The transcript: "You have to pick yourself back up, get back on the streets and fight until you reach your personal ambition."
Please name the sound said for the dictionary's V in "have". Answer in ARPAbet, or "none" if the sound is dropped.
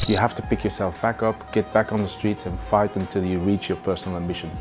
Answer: F